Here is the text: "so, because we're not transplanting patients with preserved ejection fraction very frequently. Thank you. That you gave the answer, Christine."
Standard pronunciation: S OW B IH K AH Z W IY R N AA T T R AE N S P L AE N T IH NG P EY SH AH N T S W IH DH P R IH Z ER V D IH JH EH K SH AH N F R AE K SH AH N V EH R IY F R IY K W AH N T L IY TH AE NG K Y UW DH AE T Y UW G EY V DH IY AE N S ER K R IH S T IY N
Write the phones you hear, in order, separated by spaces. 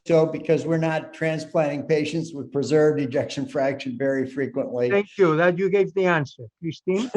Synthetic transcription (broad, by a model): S OW B IH K AH Z W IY R N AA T T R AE N S P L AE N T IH NG P EY SH AH N T S W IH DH P R IH Z ER V D IH JH EH K SH AH N F R AE K SH AH N V EH R IY F R IY K W AH N T L IY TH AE NG K Y UW DH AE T Y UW G EY V DH IY AE N S ER K R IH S T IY N